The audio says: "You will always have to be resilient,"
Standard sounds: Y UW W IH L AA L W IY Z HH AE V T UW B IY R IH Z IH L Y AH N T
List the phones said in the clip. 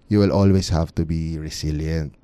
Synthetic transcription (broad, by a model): Y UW W IH L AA L W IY S HH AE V T UW B IY R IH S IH L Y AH N T